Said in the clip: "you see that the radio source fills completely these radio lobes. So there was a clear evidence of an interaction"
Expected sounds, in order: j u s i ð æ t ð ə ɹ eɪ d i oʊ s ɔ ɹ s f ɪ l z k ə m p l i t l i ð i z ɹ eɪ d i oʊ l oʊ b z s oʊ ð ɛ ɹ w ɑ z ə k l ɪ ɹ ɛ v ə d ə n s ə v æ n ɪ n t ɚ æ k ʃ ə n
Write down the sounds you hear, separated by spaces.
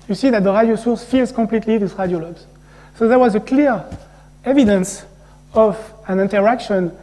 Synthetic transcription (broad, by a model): j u s i ð æ t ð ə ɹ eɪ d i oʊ s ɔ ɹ s f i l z k ə m p l i t l i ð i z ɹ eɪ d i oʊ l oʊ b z s oʊ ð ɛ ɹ w ɑ z ə k l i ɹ ɛ v ə d ə n s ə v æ n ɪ n t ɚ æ k ʃ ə n